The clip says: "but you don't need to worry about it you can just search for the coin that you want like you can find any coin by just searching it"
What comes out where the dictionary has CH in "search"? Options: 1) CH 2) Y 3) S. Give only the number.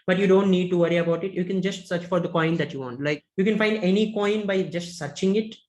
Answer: 1